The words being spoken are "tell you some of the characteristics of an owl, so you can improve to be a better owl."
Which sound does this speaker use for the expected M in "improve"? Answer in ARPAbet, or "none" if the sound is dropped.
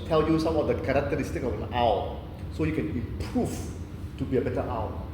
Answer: none